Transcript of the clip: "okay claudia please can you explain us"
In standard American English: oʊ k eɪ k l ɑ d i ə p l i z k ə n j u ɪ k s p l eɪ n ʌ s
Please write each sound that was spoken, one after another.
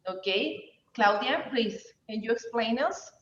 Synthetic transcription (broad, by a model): oʊ k eɪ k l ɑ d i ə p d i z k ə n j u ɪ k s p l eɪ n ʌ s